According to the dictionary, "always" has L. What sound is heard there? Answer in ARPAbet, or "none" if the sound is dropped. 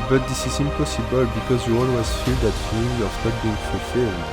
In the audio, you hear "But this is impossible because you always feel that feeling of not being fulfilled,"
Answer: N